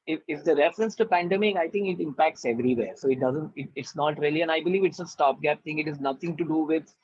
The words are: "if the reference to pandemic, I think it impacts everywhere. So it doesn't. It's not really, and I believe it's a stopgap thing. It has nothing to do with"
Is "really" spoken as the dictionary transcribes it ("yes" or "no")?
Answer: yes